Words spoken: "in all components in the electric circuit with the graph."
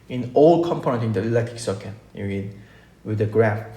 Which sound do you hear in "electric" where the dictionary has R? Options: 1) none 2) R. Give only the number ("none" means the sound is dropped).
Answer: 1